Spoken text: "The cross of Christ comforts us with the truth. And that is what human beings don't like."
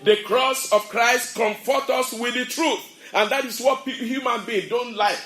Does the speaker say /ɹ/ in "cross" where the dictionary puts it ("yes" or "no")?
yes